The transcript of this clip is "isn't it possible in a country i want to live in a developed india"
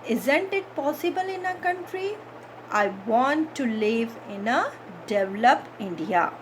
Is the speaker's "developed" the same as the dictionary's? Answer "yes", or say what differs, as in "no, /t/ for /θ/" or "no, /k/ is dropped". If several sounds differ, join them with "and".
no, /t/ is dropped